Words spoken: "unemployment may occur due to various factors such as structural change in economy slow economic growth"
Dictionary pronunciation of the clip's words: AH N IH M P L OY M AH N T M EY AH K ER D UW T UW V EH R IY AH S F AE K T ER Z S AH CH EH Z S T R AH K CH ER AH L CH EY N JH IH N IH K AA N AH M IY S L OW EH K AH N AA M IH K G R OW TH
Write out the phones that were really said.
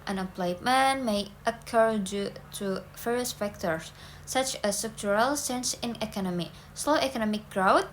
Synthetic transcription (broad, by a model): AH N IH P L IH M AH N M EY AH K ER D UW T UW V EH R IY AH S F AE K T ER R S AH CH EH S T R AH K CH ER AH L S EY N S IH N IH K AA N AH M IY S L OW EH K AH N AA M IH K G R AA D